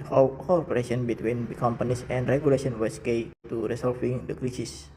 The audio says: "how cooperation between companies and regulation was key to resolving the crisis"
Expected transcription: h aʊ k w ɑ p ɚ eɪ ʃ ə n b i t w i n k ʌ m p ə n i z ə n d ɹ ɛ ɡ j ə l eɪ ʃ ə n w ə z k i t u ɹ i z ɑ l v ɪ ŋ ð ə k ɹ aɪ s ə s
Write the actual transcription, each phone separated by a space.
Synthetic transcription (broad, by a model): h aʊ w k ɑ p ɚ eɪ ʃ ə n b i t w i n k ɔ m p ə n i s ə n d ɹ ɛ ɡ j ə l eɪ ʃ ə n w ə s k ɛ t u ɹ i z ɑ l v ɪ ŋ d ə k ɹ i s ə s